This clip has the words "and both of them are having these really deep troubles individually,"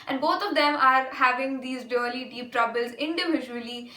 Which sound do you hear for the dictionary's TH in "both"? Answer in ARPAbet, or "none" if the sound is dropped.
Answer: T